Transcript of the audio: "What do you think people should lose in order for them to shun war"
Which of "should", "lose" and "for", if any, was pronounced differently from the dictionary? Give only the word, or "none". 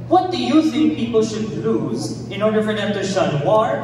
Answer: none